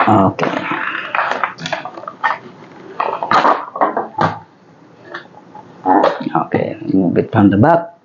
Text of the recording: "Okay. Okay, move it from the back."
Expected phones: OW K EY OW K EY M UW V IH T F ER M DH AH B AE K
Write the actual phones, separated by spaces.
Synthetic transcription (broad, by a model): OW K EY OW K EY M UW B IH T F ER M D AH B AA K